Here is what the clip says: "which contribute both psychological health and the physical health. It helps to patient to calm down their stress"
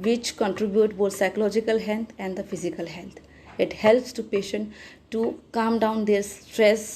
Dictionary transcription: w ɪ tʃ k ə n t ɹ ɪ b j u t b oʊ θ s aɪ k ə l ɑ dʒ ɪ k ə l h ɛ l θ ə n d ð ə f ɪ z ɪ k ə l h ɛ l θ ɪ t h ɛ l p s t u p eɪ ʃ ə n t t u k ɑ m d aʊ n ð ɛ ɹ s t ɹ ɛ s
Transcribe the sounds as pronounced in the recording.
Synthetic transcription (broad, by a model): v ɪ tʃ k ə n t ɹ ɪ b j u t b oʊ t s aɪ k ə l ɑ dʒ ɪ k ə l h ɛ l t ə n d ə f ɪ z ɪ k ə l h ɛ l t ɪ t h ɛ l p s t u p eɪ ʃ ə n t t u k ɑ m d aʊ n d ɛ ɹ s t ɹ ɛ s